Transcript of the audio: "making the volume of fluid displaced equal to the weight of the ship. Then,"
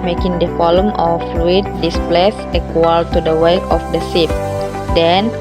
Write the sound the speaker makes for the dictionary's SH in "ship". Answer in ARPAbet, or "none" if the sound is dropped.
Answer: S